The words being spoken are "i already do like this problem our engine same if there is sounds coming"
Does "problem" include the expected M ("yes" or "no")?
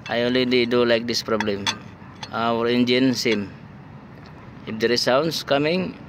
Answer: yes